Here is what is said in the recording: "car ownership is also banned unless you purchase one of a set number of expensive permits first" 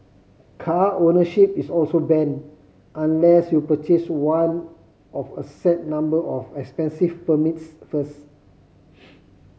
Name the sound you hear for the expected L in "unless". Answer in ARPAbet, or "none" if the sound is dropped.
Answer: L